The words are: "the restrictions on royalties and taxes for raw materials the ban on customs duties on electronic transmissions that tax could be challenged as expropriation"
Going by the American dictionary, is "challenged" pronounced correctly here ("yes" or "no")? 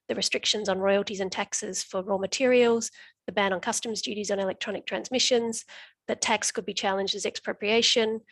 yes